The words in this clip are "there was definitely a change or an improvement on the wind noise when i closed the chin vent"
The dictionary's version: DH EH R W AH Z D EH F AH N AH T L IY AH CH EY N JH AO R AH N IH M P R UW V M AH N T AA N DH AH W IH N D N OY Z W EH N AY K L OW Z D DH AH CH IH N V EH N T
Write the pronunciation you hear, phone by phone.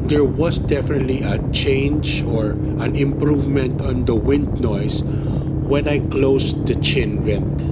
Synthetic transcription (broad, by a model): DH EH R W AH S D EH F AH N AH T L IY AH CH EY N JH AO R AH N IH M P R UW V M AH N T AA N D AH W IH N D N OY S W EH N AY K L OW S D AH CH IH N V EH N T